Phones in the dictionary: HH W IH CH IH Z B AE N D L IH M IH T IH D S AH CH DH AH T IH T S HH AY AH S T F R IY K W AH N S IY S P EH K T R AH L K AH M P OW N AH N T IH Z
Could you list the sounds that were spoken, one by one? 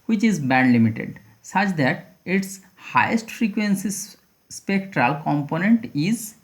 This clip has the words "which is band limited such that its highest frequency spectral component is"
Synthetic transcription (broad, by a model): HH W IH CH IH Z B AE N D L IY M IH T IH D S AH CH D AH T IH T S HH AY AH S T F R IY K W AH N S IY S P EH K T R AH L K AH M P OW N AH N T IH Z